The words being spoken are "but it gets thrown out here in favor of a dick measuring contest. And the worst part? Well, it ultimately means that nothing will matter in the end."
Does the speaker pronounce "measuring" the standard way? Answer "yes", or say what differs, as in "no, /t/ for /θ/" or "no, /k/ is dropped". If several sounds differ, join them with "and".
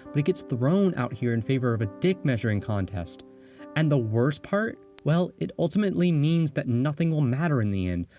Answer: yes